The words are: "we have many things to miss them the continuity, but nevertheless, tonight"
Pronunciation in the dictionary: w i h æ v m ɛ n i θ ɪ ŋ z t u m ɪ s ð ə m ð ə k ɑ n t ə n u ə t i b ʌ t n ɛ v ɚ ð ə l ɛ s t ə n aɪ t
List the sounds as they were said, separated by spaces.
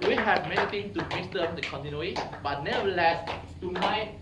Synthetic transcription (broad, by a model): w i h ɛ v m ɛ n i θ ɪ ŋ t u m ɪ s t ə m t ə k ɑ n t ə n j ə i b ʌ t n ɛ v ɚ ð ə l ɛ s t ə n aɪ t